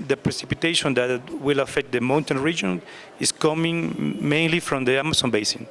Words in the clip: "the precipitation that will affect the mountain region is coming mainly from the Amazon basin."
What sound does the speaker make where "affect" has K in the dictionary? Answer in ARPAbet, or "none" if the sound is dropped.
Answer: K